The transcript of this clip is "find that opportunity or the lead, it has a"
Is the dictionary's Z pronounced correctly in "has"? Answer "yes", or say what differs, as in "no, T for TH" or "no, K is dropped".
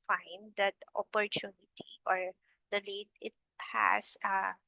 no, S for Z